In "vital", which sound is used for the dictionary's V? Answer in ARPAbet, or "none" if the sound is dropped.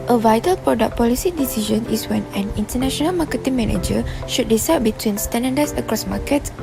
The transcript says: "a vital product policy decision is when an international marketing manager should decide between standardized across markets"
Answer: V